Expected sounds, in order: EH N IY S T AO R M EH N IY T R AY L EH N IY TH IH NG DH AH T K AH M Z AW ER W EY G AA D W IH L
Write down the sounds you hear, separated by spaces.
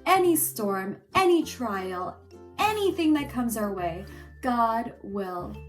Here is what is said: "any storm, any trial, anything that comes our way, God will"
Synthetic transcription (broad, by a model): EH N IY S T AO R M EH N IY T R AY L EH N IY TH IH NG DH AH T K AH M Z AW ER W EY G AA D W IH L